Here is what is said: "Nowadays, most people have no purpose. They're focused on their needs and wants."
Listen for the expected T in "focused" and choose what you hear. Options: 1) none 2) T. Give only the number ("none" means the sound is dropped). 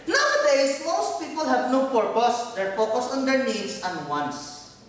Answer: 1